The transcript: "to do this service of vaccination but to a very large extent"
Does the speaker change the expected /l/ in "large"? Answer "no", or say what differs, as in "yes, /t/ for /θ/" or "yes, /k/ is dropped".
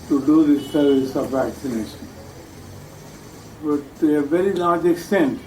yes, /n/ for /l/